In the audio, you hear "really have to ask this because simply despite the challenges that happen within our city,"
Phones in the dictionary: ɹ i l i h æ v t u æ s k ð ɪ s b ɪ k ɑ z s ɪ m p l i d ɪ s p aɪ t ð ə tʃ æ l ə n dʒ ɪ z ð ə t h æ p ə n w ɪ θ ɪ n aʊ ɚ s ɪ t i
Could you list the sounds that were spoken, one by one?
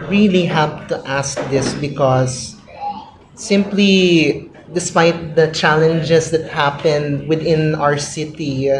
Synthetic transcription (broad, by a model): ɹ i l i h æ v t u æ s k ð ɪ s b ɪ k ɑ s ɪ m p l i d ɪ s p aɪ t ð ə tʃ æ l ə n dʒ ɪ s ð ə t h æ p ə n w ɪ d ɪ n aʊ ɚ s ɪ t i